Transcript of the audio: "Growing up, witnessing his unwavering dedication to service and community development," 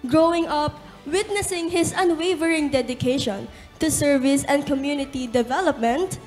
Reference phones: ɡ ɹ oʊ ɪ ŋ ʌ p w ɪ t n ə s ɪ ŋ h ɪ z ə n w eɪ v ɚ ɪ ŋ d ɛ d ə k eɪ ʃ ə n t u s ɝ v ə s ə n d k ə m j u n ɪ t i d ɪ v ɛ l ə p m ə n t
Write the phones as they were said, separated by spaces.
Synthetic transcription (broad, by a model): ɡ ɹ oʊ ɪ ŋ ʌ p w ɪ t n ə s ɪ ŋ h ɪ s ə n w eɪ v ɚ ɪ ŋ d ɛ d ə k eɪ ʃ ə n t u s ɝ v ə s ə n d k ə m j u n ɪ t i d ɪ v ɛ l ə p m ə n t